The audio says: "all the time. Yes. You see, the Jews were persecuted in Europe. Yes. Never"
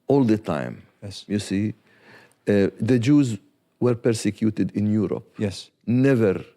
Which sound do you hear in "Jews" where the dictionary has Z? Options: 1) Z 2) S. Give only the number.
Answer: 1